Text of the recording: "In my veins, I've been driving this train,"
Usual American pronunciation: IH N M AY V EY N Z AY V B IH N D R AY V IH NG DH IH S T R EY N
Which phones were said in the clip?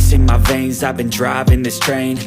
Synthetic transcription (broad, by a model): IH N M AY V EY N Z AY V B IH N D R AY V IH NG DH IH S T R EY N